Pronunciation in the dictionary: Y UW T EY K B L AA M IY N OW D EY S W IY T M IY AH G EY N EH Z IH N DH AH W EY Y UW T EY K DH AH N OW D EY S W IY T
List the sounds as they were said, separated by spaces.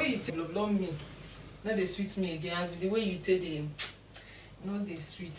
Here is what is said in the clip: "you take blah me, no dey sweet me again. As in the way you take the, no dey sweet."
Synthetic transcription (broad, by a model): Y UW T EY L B L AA M IY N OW D EY S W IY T M IY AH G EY AA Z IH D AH W EY Y UW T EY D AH N OW D EY S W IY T